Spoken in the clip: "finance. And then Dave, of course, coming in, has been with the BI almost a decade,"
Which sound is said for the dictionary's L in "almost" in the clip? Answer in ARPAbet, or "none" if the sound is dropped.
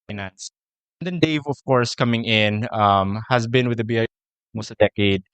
none